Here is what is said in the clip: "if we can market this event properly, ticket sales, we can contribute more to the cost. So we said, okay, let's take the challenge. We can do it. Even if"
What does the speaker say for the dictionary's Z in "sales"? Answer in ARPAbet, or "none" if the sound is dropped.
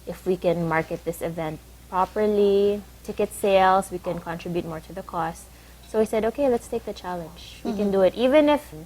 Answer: S